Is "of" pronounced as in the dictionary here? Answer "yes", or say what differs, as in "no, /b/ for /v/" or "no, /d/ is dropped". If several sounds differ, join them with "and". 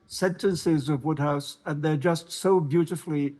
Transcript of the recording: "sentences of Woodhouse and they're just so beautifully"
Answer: yes